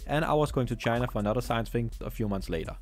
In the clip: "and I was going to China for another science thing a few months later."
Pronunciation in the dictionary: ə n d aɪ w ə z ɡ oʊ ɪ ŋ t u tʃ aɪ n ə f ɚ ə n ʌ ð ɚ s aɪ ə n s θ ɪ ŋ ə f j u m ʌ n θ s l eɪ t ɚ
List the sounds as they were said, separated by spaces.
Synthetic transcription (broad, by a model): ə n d aɪ w ə z ɡ oʊ ɪ ŋ t u tʃ aɪ n ə f ɚ ə n ʌ ð ɚ s aɪ ə n s f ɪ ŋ ə f j u m ʌ n θ s l eɪ t ɚ